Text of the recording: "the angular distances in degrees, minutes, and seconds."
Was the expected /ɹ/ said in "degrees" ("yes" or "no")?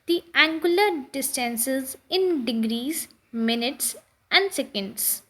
yes